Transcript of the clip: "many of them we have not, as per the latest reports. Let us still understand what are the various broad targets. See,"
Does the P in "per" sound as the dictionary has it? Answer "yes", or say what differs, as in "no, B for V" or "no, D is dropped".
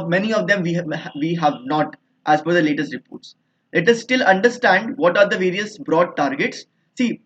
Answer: no, F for P